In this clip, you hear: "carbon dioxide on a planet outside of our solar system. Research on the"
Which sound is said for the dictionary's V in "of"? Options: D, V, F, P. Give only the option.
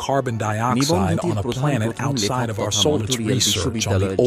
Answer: V